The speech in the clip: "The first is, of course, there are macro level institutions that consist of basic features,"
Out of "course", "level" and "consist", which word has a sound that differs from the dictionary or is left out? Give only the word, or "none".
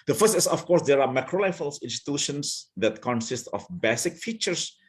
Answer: level